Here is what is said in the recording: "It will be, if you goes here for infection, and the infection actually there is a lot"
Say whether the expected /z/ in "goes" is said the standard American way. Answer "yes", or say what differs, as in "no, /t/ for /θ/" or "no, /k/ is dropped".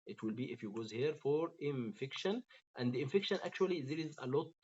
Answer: yes